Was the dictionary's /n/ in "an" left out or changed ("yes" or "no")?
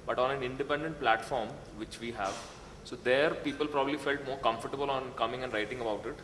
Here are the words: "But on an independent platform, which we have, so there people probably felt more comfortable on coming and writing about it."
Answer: no